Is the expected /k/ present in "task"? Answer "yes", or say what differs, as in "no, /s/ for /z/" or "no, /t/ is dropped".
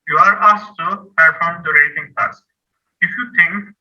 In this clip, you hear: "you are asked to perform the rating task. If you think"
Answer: no, /k/ is dropped